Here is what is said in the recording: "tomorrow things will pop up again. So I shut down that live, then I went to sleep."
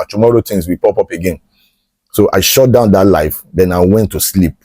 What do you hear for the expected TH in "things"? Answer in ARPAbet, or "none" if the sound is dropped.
T